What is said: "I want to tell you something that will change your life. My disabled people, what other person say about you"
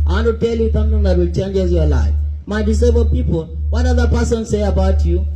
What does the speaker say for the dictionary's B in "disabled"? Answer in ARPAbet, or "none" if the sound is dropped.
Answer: none